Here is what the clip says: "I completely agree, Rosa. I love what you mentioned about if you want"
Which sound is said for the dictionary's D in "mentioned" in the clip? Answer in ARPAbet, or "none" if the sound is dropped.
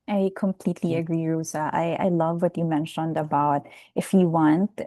D